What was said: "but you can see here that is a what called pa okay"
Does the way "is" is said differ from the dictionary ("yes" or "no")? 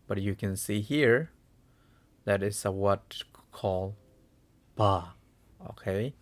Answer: yes